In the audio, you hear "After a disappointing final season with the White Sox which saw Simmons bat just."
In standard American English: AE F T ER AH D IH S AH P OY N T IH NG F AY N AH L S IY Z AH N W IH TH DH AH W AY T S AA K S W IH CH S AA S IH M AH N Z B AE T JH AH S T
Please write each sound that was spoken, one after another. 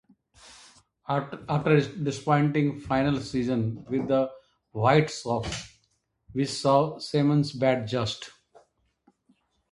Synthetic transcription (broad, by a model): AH T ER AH D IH S P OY N T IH NG F AY N AH L S IY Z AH N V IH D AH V AY T S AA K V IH S AA S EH M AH N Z B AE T JH AH S T